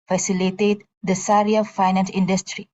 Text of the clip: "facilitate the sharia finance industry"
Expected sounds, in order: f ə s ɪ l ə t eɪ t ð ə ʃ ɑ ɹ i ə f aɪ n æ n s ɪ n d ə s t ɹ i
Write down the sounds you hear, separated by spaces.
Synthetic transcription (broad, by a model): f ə s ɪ l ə t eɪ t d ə s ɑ ɹ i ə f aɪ n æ n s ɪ n d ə s t ɹ i